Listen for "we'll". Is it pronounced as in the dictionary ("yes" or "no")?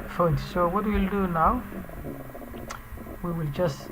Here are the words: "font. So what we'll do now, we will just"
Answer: yes